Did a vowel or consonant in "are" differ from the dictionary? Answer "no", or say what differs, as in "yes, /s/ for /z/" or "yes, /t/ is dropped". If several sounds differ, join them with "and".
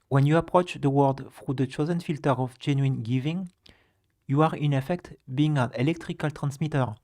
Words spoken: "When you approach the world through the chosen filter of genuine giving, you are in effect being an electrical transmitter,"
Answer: no